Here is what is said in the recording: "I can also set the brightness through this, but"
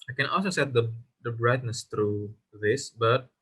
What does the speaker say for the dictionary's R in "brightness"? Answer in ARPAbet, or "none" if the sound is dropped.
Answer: R